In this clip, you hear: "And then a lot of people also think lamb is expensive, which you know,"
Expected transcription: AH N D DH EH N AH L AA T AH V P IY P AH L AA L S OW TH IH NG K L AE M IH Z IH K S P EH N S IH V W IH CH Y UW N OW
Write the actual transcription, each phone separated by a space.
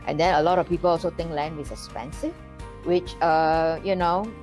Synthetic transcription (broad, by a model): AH N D EH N AH L AA T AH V P IY P AH L AA L S OW T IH NG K L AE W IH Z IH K S P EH N S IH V W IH CH Y UW N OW